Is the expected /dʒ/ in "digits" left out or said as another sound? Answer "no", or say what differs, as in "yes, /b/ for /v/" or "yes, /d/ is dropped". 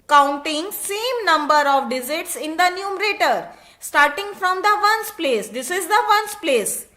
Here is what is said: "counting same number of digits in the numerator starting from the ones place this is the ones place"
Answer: yes, /z/ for /dʒ/